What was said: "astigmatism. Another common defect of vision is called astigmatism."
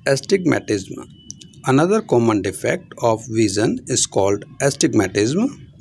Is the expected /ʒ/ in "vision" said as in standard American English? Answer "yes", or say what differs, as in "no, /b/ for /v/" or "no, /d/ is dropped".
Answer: no, /z/ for /ʒ/